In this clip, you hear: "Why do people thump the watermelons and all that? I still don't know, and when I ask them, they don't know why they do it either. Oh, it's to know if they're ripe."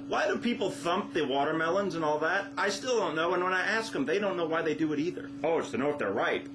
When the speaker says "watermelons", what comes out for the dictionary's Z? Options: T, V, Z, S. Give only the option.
Z